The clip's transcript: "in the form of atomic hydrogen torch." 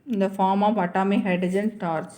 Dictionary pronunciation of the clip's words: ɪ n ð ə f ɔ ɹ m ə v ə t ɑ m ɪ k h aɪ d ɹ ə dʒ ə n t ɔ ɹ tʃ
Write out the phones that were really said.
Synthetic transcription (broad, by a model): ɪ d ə f ɔ ɹ m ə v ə t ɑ m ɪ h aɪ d ə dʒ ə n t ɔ ɹ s